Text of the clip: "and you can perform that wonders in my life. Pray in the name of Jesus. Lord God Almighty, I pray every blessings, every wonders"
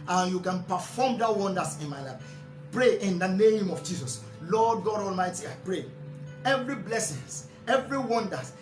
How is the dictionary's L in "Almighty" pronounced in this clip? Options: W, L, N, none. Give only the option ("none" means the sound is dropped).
L